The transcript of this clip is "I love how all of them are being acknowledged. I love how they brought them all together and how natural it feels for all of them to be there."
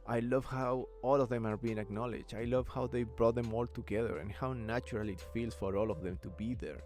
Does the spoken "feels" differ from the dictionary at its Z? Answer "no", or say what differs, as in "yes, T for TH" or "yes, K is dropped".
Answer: yes, S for Z